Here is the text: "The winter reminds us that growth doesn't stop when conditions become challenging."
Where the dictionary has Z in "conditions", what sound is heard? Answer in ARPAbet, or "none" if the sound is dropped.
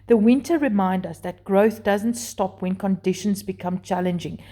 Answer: Z